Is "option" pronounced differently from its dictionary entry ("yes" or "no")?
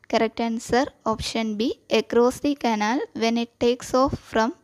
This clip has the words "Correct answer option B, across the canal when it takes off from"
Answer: no